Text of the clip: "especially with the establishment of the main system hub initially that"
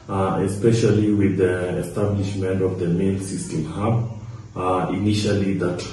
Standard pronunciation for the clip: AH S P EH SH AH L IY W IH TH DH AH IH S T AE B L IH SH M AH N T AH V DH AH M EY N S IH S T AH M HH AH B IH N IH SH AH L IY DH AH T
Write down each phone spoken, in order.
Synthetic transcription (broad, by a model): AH S P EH SH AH L IY W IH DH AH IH S T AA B L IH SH M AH N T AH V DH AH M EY L S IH S T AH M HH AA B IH N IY SH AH L IY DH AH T